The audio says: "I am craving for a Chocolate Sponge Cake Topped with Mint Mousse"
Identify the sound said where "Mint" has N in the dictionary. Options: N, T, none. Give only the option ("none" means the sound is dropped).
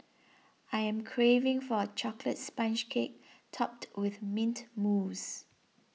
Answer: N